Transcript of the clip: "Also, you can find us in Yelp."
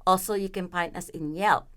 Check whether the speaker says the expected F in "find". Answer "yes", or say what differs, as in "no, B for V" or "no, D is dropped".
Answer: no, P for F